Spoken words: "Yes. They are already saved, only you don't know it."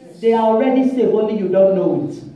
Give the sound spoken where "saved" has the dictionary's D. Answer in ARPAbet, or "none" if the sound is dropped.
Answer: none